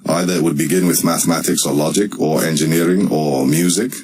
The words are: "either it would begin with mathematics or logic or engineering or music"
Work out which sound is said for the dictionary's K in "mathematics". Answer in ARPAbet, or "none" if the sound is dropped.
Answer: K